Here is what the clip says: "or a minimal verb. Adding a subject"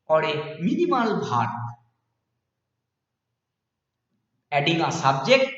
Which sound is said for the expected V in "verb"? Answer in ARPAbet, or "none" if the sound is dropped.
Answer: B